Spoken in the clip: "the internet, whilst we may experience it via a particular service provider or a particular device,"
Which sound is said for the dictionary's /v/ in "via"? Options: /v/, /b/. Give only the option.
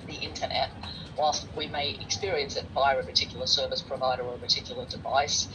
/b/